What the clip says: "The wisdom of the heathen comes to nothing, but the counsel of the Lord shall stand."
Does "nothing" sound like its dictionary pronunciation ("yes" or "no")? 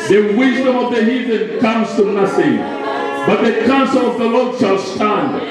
no